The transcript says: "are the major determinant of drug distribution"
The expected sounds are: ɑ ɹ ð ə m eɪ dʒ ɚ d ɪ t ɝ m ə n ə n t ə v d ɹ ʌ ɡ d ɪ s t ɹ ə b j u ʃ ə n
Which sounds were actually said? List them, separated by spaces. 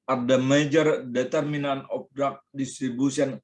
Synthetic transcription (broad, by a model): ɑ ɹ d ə m eɪ dʒ ɚ d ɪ t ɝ m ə n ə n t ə p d ɹ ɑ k d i s t ɹ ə b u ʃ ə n